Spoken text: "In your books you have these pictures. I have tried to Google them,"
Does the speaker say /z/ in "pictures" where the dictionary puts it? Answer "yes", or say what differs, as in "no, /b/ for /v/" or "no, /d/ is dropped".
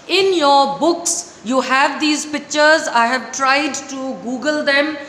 yes